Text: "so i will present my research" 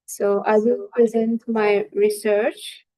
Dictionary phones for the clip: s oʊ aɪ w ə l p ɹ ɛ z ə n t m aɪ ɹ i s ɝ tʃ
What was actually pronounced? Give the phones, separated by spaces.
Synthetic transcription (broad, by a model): s oʊ aɪ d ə n p ɹ ɛ z ə n t m aɪ ɹ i s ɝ tʃ